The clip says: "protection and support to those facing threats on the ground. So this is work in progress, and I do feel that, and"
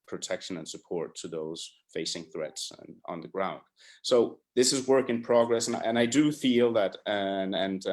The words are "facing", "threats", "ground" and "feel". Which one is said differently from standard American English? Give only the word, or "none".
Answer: none